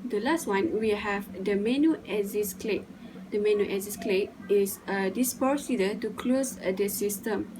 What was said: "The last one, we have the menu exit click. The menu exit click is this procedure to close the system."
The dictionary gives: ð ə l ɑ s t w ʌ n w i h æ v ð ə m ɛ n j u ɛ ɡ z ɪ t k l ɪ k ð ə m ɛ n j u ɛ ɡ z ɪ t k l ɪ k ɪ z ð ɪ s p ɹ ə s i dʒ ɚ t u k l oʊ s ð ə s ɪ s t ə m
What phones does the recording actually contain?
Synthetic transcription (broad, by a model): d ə l ɑ s t w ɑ n w i h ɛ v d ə m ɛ n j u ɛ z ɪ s k l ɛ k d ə m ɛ n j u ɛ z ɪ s k l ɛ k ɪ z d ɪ s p ə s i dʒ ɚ t u k l oʊ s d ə s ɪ s t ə m